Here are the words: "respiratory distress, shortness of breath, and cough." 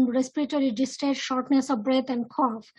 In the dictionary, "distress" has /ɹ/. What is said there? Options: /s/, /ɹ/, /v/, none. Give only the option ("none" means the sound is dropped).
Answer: none